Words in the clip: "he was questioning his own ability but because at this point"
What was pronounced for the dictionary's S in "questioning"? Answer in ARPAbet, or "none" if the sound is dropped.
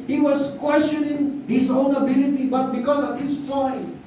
S